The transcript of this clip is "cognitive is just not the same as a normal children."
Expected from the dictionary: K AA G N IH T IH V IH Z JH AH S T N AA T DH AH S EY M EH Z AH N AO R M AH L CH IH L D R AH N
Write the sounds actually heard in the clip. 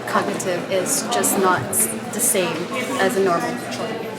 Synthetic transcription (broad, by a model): K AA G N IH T IH V IH Z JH AH S N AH T DH AH S EY M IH Z AH N AO R M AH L L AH